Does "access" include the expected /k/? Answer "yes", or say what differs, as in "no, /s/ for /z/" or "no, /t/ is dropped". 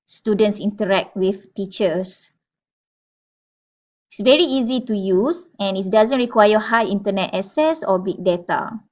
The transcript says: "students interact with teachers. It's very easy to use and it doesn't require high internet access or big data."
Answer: no, /k/ is dropped